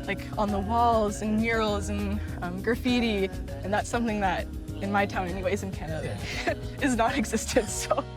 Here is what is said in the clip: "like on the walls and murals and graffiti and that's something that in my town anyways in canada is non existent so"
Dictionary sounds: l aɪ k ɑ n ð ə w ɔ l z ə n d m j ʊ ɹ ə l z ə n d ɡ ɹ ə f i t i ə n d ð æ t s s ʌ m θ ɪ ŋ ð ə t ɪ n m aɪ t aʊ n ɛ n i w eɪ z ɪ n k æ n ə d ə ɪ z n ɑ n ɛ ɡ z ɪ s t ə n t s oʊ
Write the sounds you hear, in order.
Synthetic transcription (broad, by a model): l aɪ k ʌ n ð ə w ɔ l z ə n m j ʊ ɹ l z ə n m ɡ ɹ ə f i t i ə n ð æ t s s ʌ m θ ɪ ŋ ð ə t ɪ n m aɪ t aʊ n ɛ n i w eɪ z ɪ n k æ n ə d ə ɪ z n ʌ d ɛ ɡ z ɪ s t ə n t s oʊ